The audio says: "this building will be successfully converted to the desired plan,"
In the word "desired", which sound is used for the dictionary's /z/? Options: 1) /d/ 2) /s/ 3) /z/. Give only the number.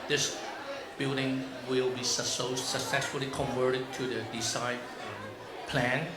2